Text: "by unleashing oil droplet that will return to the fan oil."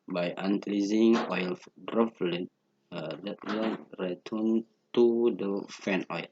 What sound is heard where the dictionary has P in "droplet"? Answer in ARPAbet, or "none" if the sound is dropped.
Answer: F